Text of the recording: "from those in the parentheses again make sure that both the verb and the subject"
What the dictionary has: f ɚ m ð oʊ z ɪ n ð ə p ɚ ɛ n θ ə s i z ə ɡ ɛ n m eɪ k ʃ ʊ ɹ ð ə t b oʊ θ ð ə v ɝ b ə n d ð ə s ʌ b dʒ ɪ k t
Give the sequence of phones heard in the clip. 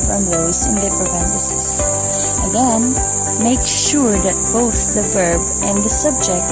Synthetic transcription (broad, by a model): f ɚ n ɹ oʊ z ɪ n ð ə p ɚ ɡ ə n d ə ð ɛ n m eɪ k ʃ ʊ ɹ ð ə t b oʊ θ ð ə v ɝ b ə n ð ə s ʌ b dʒ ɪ k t